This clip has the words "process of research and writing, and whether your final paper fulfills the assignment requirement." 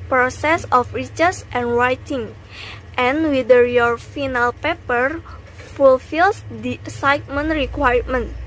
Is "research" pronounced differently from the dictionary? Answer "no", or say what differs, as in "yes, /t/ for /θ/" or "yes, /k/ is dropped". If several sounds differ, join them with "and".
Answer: yes, /s/ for /tʃ/